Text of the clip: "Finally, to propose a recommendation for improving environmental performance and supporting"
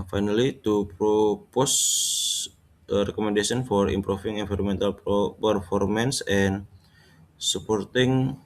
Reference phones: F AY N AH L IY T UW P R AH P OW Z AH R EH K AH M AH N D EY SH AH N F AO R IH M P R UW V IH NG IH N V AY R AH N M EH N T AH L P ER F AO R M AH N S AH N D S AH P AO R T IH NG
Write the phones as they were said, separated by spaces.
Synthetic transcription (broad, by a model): F AY N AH L IY T UW P R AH P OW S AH R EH K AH M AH N D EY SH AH N F AO R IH M P R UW F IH NG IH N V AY R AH M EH N T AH L P ER F AO R M AH N S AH N S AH P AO R T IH NG